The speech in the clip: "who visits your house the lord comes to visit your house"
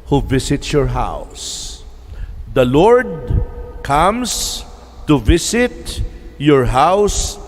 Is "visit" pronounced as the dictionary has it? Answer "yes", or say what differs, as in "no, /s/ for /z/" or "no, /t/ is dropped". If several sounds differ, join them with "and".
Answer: no, /s/ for /z/